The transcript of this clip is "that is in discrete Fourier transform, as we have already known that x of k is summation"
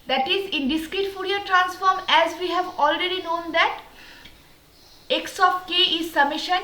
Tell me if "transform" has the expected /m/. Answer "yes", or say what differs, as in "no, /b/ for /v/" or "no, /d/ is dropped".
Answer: yes